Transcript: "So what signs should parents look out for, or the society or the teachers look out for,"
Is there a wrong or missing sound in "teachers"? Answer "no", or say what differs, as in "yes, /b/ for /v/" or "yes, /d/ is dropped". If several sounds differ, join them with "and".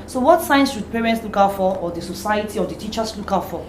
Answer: yes, /s/ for /z/